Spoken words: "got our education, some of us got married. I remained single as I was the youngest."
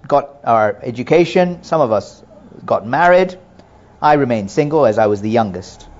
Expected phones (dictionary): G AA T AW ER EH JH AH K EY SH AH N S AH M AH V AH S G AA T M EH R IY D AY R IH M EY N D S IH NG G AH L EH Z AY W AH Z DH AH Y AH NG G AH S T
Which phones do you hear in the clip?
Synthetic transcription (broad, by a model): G AA T AW ER EH JH AH K EY SH AH N S AH M AH V AH S G AA T M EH R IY D AY R IH M EY N D S IH NG G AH L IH Z AY W AH Z DH AH Y AH NG G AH S T